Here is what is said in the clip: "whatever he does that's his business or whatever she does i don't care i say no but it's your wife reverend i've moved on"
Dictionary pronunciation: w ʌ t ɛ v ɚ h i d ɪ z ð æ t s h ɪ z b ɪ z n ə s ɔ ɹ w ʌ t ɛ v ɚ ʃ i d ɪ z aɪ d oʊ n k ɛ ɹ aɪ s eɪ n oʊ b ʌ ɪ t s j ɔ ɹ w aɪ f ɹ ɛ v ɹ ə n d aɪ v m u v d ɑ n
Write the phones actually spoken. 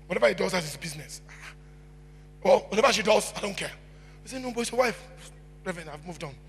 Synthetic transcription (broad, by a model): w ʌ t ɛ v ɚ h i d ɪ z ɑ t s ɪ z b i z n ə s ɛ l w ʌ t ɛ v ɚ ʃ i d ɪ z aɪ d oʊ n k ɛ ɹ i s eɪ n oʊ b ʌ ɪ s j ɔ w aɪ f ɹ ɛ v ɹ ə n aɪ v m u v d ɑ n